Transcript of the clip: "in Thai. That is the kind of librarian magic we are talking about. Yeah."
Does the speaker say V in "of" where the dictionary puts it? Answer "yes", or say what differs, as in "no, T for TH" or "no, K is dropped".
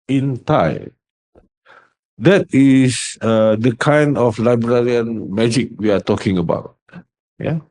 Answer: no, F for V